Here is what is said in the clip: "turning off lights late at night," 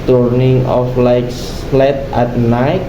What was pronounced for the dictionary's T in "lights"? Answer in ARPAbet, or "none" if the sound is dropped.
S